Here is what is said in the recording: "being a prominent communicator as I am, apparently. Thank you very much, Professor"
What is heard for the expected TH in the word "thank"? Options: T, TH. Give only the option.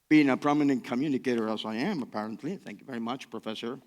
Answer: TH